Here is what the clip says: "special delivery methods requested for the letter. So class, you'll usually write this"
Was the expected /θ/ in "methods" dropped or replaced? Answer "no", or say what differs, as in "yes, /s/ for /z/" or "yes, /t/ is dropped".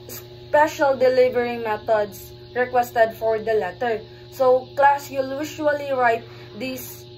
yes, /t/ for /θ/